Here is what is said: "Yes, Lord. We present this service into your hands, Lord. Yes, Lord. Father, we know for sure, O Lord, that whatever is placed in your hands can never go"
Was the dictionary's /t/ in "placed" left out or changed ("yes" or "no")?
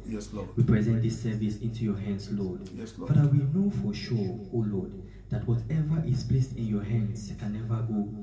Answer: no